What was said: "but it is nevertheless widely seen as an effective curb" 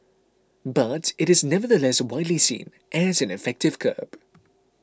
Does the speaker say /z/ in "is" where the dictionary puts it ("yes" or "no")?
yes